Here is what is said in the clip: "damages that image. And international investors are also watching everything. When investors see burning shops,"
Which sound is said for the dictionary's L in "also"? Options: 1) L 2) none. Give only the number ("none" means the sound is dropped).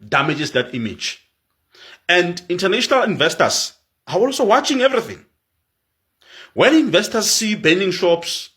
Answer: 1